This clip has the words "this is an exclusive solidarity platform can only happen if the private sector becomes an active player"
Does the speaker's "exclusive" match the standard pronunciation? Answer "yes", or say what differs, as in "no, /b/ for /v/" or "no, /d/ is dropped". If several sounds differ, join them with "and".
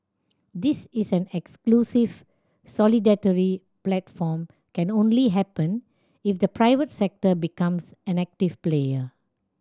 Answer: yes